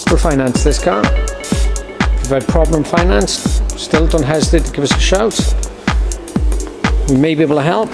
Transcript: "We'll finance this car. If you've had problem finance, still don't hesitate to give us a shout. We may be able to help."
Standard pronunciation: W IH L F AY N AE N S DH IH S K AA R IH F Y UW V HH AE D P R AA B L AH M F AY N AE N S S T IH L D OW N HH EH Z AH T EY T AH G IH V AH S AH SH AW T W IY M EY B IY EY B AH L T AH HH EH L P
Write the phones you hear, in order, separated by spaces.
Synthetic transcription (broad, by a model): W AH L F AY N AE N S DH IH S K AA W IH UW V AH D P R AA B L AH M F AY N AE N S S T IH L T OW N HH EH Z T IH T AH G IH V AH S AH SH AW T W IY M EY B IY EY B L T AH HH EH L P